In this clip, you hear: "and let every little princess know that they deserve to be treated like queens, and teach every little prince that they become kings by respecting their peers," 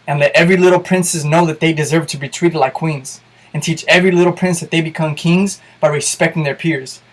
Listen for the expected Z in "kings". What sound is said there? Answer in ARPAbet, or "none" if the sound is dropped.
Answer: Z